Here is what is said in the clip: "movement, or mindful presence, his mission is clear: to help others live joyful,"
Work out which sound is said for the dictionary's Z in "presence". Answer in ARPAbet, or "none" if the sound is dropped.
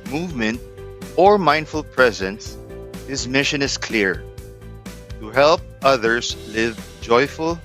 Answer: Z